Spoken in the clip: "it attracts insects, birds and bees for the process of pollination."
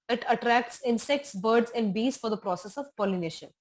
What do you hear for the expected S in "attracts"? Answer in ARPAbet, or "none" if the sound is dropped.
S